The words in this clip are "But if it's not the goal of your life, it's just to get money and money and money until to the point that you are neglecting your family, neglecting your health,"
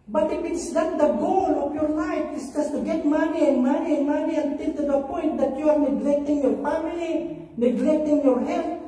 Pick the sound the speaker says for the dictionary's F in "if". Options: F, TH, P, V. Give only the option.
P